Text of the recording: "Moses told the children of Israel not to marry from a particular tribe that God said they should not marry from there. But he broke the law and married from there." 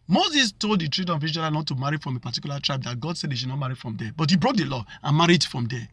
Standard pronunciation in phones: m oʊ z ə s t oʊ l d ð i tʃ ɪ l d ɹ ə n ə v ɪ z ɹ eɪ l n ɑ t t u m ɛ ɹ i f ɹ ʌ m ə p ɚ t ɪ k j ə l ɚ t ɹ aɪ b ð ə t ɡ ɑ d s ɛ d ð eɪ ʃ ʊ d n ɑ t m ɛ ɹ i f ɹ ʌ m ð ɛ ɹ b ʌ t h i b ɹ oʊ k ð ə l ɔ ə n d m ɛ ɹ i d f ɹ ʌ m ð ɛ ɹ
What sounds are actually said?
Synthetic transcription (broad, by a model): m oʊ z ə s t oʊ l d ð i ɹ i d ə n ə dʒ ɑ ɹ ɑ n ɑ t t u m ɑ ɹ i f ɹ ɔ m ə p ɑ t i k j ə l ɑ t ɹ aɪ b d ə t ɡ ɑ d s ɛ d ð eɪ ʃ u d n ɑ t m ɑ ɹ i f ɹ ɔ m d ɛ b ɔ t h i b ɹ oʊ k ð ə l ɔ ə n m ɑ ɹ i d f ɹ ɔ m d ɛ